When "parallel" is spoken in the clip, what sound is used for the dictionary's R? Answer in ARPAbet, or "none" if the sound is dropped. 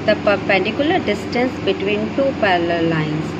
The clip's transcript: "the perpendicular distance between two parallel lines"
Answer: L